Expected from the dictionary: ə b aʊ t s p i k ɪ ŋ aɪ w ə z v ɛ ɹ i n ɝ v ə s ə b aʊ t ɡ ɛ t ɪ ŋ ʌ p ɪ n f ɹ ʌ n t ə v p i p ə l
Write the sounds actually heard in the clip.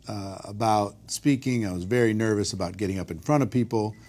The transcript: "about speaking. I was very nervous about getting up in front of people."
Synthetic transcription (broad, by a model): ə b aʊ t s p i k ɪ ŋ aɪ w ə z v ɛ ɹ i n ɝ v ə s ə b aʊ t ɡ ɛ t ɪ ŋ ʌ p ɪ n f ɹ ʌ t ə v p i p l